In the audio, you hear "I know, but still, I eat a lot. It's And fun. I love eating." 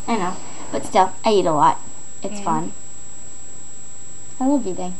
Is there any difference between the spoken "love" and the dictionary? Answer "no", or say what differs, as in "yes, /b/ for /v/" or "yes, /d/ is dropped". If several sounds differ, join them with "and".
yes, /w/ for /l/